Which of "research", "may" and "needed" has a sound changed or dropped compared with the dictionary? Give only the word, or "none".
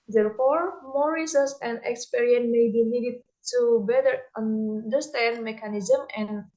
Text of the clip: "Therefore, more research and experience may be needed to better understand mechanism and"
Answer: research